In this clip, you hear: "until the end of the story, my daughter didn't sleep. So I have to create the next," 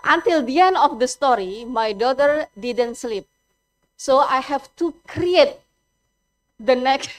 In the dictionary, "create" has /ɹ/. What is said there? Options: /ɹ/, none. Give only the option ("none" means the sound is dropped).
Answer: /ɹ/